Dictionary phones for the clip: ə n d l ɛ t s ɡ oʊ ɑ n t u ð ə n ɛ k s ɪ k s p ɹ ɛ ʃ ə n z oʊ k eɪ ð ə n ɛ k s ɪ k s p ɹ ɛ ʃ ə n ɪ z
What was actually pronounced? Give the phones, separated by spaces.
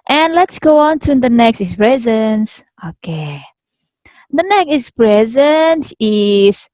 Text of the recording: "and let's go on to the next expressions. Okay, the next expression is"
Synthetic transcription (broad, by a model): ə n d l ɛ t s ɡ oʊ ɑ n t u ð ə n ɛ k s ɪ s p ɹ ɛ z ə n s oʊ k eɪ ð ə n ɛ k ɪ s p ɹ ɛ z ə n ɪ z